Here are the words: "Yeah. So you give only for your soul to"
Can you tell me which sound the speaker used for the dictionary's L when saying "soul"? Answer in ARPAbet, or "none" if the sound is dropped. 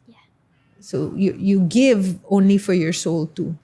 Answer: L